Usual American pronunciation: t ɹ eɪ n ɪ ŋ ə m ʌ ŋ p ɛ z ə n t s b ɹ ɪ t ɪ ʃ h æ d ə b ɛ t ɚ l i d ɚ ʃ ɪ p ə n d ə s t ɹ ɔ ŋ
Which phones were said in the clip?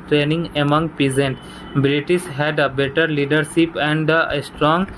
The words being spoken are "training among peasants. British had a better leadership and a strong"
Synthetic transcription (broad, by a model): t ɹ eɪ n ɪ ŋ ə m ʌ ŋ p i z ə n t b ɹ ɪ t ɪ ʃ h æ d ə b ɛ t ɚ l i d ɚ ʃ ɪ p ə n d ə s t ɹ ɔ ŋ